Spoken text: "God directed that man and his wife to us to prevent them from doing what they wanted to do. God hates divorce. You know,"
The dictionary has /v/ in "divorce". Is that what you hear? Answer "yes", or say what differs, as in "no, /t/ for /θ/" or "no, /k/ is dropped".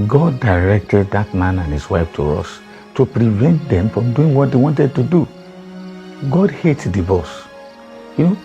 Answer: no, /b/ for /v/